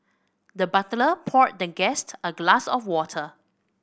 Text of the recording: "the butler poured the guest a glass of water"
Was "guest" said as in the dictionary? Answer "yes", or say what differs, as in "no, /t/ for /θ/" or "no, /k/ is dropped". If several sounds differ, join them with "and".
yes